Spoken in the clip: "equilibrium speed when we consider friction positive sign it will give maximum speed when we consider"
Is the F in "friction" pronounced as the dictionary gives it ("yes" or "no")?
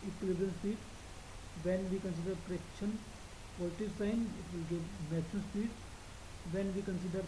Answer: no